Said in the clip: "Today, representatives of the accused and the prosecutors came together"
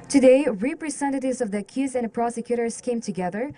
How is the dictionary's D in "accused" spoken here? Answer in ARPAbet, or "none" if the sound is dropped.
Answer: none